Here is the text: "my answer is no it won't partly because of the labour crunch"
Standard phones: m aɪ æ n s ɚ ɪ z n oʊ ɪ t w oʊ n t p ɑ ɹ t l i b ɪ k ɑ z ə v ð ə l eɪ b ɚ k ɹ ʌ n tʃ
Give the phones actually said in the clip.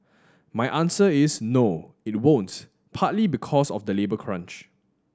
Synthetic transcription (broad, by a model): m aɪ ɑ n s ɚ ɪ s n oʊ ɪ t w oʊ n t p ɑ t l i b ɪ k ɑ s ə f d ə l eɪ b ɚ k ɹ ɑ n tʃ